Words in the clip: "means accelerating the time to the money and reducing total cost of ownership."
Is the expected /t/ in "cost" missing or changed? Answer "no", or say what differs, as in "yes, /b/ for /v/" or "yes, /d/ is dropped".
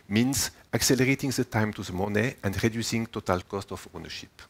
no